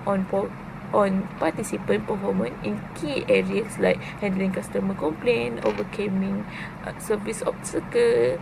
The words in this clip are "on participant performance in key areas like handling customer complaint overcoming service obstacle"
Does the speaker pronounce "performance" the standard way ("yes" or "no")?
no